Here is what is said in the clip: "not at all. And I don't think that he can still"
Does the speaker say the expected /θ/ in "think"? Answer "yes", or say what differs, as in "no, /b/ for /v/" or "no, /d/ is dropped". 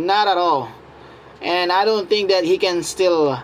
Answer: no, /t/ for /θ/